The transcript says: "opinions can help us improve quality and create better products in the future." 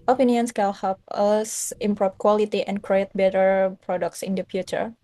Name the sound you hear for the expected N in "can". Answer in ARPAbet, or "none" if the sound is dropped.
L